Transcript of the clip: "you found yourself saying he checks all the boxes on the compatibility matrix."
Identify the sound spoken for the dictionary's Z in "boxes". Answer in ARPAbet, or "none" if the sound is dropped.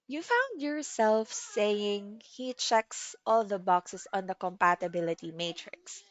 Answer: S